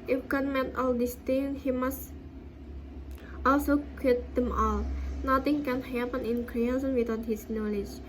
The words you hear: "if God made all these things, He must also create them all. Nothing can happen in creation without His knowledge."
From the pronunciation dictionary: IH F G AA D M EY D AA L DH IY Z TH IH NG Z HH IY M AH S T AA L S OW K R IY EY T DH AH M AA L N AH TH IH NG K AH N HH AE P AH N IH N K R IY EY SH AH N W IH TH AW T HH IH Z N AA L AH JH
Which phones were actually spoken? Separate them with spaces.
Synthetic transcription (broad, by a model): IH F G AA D M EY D AA L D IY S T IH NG HH IY M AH S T AA L S OW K IY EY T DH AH M AA L N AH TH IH NG K AH N HH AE P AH N IH N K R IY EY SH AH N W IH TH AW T HH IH S N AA L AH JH